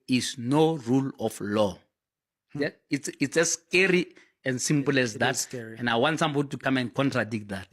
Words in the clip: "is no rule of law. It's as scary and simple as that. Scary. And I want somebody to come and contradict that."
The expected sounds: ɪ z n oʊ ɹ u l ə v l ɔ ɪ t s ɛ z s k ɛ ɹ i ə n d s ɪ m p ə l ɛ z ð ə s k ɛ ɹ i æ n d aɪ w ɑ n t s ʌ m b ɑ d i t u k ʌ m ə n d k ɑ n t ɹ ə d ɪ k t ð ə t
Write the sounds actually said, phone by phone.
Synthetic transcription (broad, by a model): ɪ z n oʊ ɹ u l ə f l ɔ ɪ t s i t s k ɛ ɹ i ə n d s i m p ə l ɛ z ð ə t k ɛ n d aɪ w ɑ n t s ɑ m b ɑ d i t u k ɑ m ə n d k ɑ n t ɹ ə d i k t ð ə t